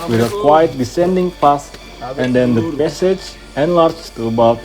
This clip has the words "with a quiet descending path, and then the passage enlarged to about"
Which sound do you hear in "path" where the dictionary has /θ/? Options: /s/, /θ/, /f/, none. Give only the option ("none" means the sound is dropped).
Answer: /s/